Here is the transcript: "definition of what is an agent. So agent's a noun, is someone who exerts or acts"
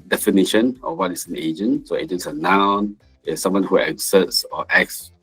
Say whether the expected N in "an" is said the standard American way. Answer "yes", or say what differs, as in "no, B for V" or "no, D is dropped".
yes